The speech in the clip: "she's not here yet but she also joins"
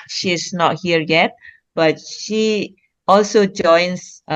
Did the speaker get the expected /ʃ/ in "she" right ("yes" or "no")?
yes